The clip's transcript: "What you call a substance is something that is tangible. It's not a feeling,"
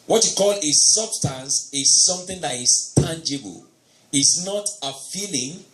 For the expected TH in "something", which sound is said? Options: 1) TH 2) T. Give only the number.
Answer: 1